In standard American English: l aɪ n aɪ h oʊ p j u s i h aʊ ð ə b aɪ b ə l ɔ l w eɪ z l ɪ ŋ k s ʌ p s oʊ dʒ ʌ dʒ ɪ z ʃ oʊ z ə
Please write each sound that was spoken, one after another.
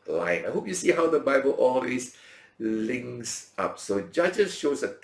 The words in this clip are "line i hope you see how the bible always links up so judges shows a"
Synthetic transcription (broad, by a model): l aɪ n aɪ h oʊ p j u s i h aʊ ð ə b aɪ b ə l ɔ l w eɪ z l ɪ ŋ s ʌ p s oʊ dʒ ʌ dʒ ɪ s ʃ oʊ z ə